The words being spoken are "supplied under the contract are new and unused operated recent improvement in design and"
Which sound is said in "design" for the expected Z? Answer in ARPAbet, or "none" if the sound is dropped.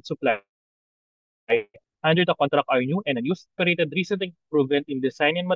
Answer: S